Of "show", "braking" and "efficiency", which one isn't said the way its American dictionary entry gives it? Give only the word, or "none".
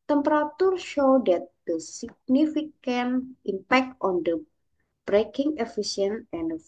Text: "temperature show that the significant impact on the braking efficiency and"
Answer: efficiency